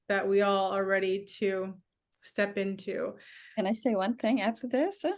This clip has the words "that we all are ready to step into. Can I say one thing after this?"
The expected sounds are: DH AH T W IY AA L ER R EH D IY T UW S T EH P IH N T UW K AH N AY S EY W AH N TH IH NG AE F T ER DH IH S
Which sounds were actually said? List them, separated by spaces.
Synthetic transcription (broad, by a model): DH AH T W IY AA L ER R EH D IY T UW S T EH P IH N T UW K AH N AY S EY W AH N TH IH NG AE F T ER DH IH S